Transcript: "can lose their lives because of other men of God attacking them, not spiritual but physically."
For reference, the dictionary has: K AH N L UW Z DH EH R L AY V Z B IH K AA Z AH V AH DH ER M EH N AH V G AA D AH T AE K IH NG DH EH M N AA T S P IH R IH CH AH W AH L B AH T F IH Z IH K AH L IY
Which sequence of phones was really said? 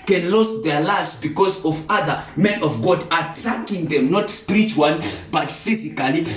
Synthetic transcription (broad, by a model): K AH N L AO S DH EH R L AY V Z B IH K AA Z AH V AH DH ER M EH N AH V G AA D AH T AE K IH NG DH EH M N AA T S P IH R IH CH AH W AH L B AH T F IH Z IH K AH L IY